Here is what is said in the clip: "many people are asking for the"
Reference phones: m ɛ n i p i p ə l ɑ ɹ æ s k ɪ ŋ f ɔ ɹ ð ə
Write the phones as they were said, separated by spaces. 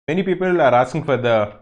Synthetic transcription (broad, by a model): m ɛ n i p i p ə l ɑ ɹ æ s ɪ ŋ f ɔ ɹ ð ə